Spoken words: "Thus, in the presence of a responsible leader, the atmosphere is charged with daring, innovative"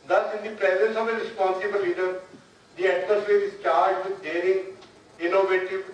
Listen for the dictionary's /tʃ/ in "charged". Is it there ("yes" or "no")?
yes